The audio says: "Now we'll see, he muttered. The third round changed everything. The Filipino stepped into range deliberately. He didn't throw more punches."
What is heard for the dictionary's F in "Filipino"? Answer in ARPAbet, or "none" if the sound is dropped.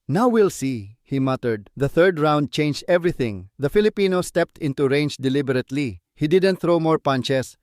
F